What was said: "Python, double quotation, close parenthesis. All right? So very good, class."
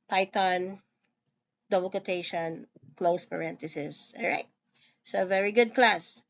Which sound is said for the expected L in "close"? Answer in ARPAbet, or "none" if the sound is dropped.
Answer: L